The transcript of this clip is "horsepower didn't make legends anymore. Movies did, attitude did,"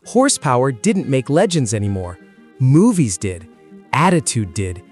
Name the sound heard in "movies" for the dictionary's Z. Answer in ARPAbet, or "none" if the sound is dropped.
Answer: Z